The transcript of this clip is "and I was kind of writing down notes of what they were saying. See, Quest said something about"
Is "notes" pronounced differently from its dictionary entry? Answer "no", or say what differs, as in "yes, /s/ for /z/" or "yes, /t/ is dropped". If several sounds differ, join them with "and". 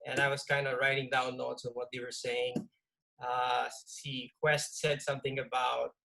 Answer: yes, /l/ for /n/